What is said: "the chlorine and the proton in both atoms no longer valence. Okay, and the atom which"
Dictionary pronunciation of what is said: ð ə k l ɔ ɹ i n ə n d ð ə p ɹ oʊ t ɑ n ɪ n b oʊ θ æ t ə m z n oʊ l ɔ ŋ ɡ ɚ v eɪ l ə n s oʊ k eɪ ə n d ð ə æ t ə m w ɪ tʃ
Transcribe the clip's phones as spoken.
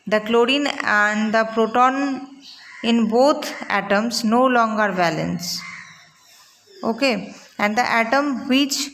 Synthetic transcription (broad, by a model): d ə k l ɔ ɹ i n ə n d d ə p ɹ oʊ t ɑ n ɪ n b oʊ t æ t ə m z n oʊ l ɔ ŋ ɡ ɚ b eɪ l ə n s oʊ k eɪ ə n d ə æ t ə m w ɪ tʃ